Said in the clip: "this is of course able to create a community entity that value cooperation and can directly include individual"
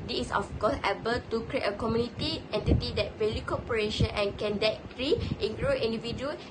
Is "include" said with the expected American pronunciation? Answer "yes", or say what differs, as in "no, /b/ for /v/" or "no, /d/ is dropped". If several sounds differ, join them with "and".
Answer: no, /d/ is dropped